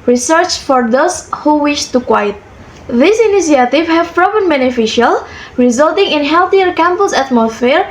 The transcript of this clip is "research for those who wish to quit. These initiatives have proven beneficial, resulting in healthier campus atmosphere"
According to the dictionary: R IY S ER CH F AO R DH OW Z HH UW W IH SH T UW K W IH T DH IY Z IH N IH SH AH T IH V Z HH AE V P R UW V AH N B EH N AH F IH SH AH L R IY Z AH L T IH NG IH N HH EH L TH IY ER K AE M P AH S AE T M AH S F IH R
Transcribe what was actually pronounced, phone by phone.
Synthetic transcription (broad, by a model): R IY S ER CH F AO R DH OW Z HH UW W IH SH T UW K W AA T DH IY S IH N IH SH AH T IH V HH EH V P R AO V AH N B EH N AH F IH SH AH L R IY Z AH L T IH NG IH N HH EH L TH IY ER K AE M P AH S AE T M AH S F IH R